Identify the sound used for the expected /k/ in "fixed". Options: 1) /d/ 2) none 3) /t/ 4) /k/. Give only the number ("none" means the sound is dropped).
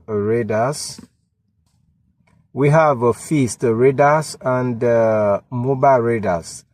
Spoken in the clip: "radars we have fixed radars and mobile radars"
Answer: 2